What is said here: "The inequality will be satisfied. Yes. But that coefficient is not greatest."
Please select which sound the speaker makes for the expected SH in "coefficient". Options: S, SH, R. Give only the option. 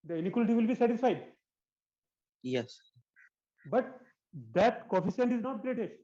S